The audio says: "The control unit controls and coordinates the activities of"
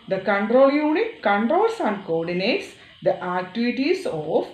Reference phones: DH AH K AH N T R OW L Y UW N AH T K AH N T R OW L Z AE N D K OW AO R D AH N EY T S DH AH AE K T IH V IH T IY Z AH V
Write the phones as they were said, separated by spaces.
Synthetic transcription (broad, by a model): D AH K AH N T R OW L Y UW N AH T K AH N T R OW L S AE N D K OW AO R D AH N EY T S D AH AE K T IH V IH T IY S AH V